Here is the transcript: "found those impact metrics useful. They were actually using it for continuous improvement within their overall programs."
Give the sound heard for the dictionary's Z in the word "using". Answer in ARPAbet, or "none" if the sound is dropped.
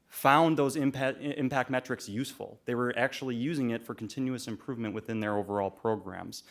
Z